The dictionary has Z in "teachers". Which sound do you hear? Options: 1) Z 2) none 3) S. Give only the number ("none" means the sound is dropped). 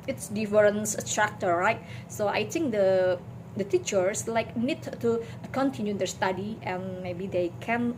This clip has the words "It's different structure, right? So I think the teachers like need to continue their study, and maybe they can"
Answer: 3